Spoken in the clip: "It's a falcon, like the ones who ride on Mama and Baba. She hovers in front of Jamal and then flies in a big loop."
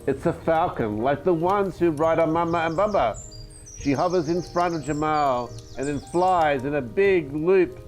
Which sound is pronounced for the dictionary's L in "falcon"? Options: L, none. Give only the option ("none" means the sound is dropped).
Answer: L